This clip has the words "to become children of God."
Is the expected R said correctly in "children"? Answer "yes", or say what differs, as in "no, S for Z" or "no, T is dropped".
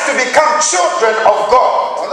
yes